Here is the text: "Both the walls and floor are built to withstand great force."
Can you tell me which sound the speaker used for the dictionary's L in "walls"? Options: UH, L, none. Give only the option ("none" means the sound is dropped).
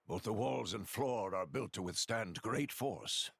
L